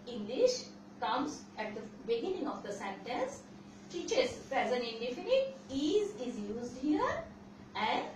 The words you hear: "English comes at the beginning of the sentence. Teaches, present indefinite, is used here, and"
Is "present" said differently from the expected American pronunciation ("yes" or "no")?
yes